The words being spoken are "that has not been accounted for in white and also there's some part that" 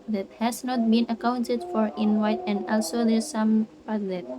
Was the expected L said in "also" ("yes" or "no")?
yes